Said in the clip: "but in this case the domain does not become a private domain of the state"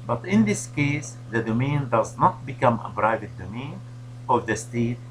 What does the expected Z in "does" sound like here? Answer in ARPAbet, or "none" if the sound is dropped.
Z